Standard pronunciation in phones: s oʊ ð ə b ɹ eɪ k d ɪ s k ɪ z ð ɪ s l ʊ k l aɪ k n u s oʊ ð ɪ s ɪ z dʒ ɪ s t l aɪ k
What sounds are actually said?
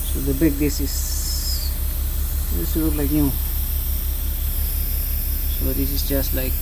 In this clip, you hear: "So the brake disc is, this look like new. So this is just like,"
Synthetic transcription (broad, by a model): s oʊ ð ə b eɪ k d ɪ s ɪ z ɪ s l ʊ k l aɪ k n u s oʊ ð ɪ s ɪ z dʒ ɪ s t l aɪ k